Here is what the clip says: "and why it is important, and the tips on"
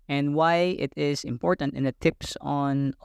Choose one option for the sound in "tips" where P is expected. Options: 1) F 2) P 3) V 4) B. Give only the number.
2